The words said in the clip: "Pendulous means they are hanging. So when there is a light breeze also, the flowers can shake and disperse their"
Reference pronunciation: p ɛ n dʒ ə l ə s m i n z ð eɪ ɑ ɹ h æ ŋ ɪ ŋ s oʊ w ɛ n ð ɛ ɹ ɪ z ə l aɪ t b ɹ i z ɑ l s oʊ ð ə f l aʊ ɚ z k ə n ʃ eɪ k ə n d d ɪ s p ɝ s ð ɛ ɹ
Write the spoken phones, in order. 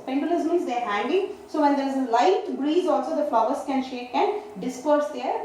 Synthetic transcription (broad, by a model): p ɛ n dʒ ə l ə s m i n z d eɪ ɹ h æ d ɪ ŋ s oʊ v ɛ n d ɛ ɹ ɪ z ə l aɪ t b ɹ i z ɑ l s oʊ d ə f l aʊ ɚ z k ə n ʃ eɪ k ə n d d ɪ s p ɝ s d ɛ ɹ